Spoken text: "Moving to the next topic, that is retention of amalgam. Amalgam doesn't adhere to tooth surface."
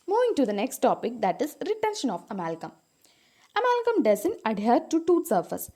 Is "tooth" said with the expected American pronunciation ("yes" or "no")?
no